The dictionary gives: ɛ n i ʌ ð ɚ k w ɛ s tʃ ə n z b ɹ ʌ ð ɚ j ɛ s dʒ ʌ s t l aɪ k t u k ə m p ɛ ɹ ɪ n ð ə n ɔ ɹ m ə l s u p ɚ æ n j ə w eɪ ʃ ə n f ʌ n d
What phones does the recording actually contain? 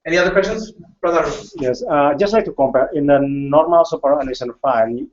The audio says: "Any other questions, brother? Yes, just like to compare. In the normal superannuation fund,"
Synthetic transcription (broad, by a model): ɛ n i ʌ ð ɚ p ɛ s ə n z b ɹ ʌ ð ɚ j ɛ s dʒ ʌ s t l aɪ k t u k ə m p ɛ ɹ ɪ n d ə n ɔ ɹ m ə l s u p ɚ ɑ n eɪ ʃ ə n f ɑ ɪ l